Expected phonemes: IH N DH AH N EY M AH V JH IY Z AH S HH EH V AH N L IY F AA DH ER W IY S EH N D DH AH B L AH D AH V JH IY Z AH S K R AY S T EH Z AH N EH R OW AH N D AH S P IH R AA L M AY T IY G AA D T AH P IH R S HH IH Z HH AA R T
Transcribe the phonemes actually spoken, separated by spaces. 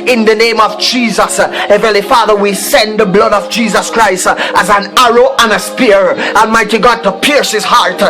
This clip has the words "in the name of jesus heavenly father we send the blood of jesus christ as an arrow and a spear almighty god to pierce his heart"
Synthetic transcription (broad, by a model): IH N DH AH N EY M AH V JH IY Z AH S HH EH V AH L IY F AA DH ER W IY S EH N DH AH B L AH D AH V JH IY Z AH S K R AY S T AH Z AH N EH R OW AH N AH S P IH R AA L M AY T IY G AA D T AH P IH R S HH IH Z HH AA R T